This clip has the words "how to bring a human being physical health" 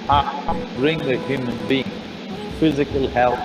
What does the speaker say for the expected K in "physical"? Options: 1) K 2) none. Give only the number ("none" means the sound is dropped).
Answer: 1